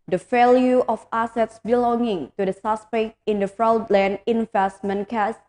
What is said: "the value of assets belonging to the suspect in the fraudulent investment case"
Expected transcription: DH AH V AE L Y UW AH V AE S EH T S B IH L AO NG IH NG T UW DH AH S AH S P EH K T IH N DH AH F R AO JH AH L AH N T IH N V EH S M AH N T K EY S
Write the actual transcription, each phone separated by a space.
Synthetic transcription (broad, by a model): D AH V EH L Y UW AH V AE S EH T S B IH L AO NG IH NG T UW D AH S AH S P EH K T IH N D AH F R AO AH L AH N IH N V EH S M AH N K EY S